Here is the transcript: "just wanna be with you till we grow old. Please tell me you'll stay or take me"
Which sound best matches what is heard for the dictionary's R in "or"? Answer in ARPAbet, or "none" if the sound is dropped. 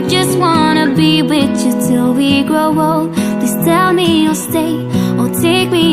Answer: L